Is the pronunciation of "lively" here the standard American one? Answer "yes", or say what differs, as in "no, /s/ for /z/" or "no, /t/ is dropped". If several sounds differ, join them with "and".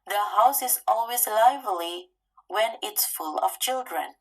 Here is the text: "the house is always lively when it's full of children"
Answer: yes